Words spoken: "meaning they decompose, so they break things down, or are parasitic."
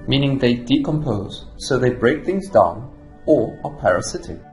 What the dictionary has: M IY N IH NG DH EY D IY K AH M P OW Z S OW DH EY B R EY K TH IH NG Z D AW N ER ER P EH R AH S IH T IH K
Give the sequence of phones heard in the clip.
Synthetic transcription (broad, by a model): M IY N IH NG DH EY D IY K AH M P OW Z S OW DH EY B R EY K TH IH NG Z D AW N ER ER P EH R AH S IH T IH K